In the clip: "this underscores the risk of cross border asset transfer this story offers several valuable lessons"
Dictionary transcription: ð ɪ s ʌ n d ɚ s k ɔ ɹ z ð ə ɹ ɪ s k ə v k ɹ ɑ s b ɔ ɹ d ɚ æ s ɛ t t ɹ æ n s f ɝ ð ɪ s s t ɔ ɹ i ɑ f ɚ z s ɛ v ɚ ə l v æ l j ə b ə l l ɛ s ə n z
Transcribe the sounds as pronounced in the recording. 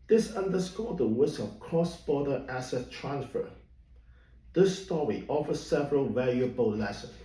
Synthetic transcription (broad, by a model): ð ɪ s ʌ n d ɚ s k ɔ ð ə w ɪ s ə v k ɹ ɑ s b ɔ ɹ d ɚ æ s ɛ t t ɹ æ n s f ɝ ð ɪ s s t ɔ ɹ i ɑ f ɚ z s ɛ v ɚ ə l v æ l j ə b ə l l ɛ s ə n